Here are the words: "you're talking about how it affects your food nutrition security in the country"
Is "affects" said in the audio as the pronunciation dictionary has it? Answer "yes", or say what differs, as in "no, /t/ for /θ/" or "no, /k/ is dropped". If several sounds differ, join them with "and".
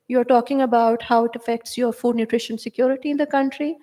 yes